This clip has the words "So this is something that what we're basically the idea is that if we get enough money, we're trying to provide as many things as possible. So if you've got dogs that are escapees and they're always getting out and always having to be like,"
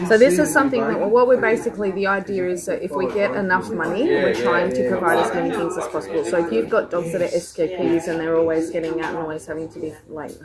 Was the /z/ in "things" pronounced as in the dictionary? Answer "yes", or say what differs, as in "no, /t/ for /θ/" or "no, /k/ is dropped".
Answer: yes